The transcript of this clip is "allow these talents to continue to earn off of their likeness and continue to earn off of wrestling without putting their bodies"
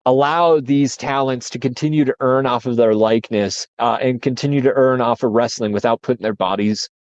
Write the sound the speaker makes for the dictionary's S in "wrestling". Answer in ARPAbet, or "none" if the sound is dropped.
S